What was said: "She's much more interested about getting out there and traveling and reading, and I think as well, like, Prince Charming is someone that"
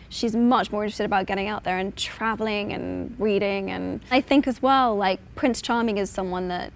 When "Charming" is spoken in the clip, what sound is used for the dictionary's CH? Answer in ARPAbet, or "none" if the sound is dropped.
CH